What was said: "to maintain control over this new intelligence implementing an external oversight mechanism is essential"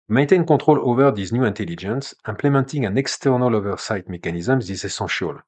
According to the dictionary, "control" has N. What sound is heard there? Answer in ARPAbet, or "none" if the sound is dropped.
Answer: none